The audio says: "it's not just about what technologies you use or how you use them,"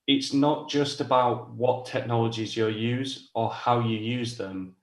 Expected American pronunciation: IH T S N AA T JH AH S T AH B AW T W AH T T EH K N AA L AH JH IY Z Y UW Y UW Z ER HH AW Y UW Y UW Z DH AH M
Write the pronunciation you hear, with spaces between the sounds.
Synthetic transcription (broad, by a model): IH T S N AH T JH AH S T AH B AW T W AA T T EH K N AA L AH JH IY Z Y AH Y UW Z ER HH AW Y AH Y UW Z DH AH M